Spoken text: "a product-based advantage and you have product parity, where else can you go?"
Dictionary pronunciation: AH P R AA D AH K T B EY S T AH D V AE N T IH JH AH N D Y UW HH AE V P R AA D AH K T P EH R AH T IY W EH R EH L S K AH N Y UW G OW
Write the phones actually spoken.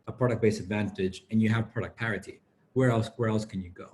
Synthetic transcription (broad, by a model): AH P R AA D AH K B EY S AH D V AE N T IH JH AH N Y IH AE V P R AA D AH K P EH R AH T IY W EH R EH L S K AH N Y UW G OW